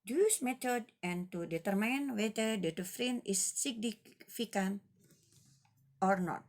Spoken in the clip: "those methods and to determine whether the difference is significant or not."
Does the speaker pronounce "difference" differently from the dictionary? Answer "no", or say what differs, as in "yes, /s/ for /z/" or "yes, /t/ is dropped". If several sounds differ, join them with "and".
yes, /s/ is dropped